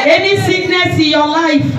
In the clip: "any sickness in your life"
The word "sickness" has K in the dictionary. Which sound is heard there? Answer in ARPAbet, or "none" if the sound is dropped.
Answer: none